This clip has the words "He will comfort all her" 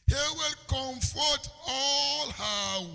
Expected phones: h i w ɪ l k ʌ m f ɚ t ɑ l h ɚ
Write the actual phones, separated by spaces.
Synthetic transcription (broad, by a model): h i w ɪ l k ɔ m f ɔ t ɑ l h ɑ